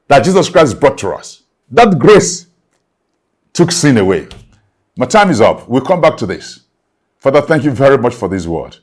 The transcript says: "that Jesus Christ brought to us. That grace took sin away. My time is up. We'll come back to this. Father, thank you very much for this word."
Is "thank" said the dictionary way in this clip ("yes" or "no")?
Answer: yes